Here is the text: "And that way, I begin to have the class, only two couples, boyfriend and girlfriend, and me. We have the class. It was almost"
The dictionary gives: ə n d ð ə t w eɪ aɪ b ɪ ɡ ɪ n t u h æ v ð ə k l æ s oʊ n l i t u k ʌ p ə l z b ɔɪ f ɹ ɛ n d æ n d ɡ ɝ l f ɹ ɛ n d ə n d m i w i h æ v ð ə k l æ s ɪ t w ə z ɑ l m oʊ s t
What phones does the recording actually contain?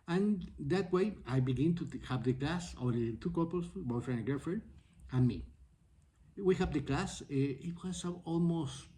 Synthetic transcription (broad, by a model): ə n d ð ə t w eɪ aɪ b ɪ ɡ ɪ n t u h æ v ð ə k l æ s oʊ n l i t u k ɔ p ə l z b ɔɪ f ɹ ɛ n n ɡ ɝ f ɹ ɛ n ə n m i w i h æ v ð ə k l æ s ɪ t w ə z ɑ l m oʊ s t